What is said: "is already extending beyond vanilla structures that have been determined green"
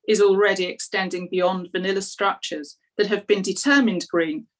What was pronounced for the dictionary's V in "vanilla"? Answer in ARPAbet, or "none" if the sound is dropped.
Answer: V